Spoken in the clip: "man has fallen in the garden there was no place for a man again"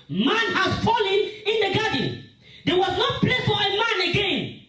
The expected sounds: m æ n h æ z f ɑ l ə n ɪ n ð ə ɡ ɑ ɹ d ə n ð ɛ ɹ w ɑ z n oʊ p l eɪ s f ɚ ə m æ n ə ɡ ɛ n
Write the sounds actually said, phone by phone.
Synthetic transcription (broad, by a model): m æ n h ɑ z f ɑ l ə n ɪ n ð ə ɡ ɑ d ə n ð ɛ w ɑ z n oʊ p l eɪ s f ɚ ə m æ n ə ɡ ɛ n